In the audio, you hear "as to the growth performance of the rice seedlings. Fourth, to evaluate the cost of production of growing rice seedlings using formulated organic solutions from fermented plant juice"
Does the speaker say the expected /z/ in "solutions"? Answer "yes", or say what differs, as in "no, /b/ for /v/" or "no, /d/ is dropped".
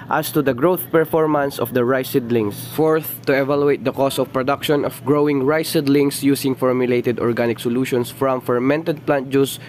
no, /s/ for /z/